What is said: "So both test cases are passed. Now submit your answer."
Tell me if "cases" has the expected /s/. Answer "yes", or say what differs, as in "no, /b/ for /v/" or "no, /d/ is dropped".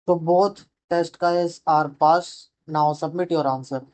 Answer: no, /s/ is dropped